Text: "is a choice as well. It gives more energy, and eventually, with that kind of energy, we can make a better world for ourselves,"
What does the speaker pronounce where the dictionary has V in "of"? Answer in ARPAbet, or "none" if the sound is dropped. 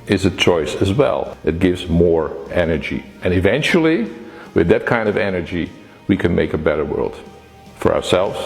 V